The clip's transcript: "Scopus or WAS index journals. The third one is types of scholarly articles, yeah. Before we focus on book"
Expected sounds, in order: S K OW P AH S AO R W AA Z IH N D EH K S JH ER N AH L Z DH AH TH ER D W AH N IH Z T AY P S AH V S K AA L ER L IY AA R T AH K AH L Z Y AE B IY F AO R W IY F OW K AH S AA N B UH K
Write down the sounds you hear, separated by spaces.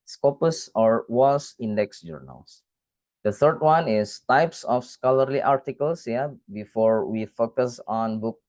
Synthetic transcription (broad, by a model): S K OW P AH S AO R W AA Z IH N D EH K S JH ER N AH L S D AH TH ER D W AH N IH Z T AY P S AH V S K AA L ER L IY AA R T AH K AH L S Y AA B IY F AO R W IY F OW K AH S AA N B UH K